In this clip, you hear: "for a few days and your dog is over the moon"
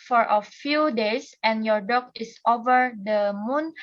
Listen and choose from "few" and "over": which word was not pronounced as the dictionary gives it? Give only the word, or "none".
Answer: none